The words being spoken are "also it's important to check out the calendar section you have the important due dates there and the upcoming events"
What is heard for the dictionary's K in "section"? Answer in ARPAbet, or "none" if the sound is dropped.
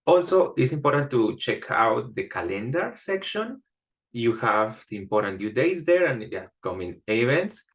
K